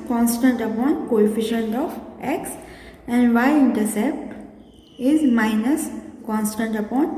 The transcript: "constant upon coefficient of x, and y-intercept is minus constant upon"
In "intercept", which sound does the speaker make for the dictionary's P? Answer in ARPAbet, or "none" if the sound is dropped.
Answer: P